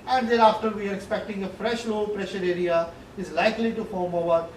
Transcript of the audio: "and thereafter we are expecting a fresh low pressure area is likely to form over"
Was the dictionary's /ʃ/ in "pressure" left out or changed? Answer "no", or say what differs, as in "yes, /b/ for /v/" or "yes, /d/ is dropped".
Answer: no